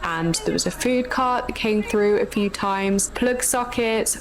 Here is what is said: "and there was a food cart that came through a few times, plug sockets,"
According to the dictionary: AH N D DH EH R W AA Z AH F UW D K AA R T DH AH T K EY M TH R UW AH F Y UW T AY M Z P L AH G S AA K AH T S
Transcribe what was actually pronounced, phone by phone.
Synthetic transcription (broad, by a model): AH N DH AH W AA Z AH F UW D K AA T DH AH T K EY M TH R UW AH F Y UW T AY M Z P L AH G S AA K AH T S